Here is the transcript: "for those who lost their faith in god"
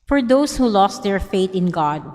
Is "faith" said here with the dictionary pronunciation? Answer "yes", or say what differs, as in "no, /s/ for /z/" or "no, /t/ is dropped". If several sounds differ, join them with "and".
no, /t/ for /θ/